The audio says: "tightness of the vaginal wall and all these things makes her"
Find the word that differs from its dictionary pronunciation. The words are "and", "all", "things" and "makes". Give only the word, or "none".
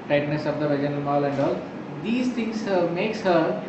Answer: things